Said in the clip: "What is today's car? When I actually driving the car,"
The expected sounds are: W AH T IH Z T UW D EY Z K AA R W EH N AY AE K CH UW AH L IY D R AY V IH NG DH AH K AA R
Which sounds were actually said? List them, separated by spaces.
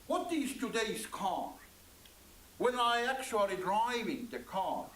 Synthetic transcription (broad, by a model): W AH T IH Z T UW D EY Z K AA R W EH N AY AE K CH UW AH L IY D R AY V IH NG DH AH K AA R